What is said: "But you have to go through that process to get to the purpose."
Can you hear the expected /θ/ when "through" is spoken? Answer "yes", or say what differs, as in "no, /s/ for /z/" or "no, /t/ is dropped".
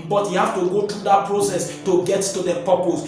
no, /t/ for /θ/